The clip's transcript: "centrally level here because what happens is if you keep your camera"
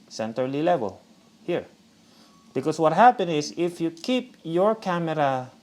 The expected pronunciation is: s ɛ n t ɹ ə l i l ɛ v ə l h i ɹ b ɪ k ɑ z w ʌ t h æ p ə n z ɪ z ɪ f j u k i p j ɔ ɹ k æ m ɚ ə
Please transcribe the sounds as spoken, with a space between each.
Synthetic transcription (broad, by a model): s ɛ n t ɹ l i l ɛ v ə l h i ɹ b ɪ k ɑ s w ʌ t h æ p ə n ɪ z ɪ f j u k i p j ɔ ɹ k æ m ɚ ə